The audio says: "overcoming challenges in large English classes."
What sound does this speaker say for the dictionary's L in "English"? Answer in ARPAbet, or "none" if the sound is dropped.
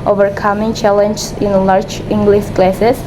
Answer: L